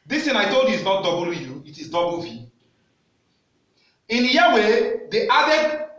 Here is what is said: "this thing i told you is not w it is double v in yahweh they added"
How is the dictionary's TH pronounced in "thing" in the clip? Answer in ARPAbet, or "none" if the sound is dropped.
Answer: T